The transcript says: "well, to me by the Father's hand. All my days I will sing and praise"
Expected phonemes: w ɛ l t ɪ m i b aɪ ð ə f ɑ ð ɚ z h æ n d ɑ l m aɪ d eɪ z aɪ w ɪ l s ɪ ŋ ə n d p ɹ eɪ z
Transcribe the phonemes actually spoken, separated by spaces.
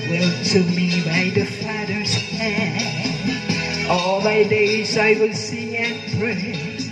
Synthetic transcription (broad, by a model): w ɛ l t ɪ m i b aɪ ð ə f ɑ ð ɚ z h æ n ɑ l m aɪ d eɪ z aɪ w ɪ l s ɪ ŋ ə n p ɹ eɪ